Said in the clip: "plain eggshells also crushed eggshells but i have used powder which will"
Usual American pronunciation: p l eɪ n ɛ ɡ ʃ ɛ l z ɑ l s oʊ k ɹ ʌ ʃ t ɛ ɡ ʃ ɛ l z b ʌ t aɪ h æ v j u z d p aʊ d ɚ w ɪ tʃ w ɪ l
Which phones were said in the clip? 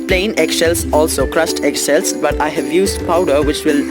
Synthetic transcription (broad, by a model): p l eɪ n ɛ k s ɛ l s ɑ l s oʊ k ɹ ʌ s t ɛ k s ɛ l s b ʌ t aɪ h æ v j u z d p aʊ d ɚ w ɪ tʃ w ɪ l